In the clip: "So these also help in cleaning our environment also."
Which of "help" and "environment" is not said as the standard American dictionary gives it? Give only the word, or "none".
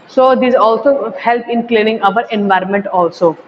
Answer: none